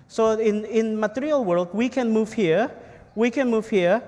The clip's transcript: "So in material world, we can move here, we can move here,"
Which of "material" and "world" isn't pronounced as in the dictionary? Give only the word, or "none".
none